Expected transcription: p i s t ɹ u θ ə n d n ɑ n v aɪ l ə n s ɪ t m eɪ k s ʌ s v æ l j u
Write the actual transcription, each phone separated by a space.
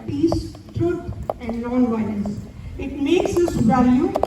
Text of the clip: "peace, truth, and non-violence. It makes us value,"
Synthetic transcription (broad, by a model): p i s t ɹ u t ə n d l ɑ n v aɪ n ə s ɪ t m eɪ k s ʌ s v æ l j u